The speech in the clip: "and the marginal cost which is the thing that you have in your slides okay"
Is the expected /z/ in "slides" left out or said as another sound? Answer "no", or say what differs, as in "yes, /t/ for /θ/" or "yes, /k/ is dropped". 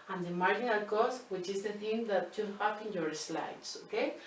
yes, /s/ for /z/